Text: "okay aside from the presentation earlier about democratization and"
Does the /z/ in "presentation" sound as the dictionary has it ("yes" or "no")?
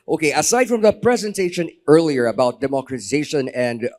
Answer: yes